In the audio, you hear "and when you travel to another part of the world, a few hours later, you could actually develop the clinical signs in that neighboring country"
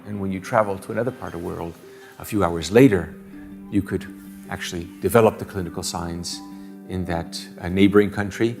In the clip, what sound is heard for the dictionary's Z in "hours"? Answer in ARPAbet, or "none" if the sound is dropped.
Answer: Z